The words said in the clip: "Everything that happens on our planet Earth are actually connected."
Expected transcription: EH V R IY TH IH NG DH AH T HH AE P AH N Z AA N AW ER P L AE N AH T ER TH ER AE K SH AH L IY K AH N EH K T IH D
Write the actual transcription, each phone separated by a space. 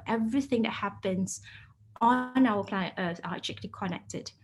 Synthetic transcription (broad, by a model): EH V R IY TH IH NG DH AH T HH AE P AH N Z AA N AW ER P L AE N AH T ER S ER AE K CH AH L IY K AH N EH K T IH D